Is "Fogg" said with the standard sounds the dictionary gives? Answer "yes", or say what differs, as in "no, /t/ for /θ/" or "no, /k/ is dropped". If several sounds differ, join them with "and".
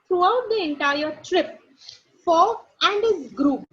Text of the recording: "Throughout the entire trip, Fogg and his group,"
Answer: no, /ɡ/ is dropped